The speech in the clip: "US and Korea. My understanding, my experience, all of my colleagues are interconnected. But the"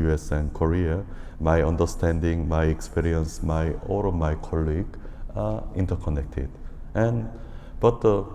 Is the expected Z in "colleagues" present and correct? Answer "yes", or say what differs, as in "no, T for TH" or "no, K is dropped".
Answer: no, Z is dropped